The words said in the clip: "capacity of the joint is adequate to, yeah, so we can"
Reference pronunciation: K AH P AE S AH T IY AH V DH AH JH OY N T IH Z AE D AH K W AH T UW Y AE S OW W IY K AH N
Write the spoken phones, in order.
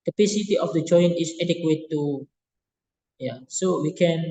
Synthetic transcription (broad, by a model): K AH P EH S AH T IY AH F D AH JH OY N IH S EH D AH K W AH T UW Y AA S OW W IY K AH N